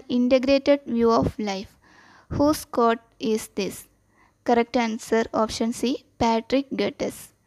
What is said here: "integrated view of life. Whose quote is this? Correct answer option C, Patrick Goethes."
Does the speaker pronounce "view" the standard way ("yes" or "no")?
yes